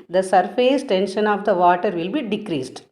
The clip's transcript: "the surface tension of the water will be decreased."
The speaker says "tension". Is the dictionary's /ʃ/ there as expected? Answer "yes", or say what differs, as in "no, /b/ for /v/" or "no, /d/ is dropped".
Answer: yes